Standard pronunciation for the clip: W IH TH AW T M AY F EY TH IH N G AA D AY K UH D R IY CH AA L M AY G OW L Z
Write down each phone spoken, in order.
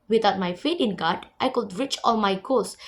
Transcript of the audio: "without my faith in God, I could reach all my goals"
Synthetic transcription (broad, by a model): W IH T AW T M AY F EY T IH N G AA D AY K UH D R IY CH AA L M AY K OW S